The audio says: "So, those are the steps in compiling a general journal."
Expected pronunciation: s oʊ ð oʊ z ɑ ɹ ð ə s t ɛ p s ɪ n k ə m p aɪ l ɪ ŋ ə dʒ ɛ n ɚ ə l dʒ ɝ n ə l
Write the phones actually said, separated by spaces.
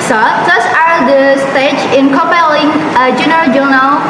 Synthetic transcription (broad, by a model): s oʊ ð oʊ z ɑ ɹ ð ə s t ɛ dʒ ɪ n k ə p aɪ l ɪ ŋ ə dʒ ɛ n ɚ ə l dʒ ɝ n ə l